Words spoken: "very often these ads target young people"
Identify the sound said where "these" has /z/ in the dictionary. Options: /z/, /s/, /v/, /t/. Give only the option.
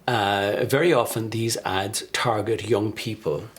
/z/